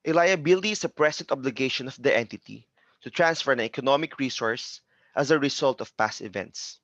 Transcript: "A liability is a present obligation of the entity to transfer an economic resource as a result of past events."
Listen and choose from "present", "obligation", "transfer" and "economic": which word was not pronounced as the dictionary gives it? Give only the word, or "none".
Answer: present